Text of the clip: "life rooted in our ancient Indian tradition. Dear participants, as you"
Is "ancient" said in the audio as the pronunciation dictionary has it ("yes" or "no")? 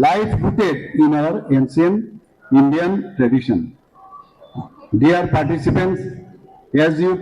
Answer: no